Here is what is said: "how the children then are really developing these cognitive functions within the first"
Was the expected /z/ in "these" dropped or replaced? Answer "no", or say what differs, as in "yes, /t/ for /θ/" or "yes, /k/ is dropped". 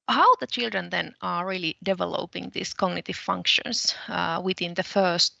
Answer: yes, /s/ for /z/